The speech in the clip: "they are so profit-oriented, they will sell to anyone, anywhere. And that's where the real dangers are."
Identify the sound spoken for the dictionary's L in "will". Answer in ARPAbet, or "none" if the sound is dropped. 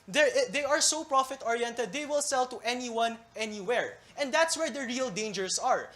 L